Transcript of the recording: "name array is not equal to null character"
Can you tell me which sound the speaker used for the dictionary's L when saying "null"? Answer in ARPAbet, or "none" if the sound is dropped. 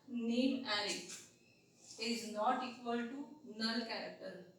N